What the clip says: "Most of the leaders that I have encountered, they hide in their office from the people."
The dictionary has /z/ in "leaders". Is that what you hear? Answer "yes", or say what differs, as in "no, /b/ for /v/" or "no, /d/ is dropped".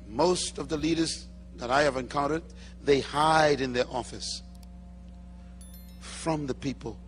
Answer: yes